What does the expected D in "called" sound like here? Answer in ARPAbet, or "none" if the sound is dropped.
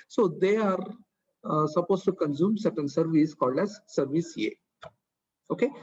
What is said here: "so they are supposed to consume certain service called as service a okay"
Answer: D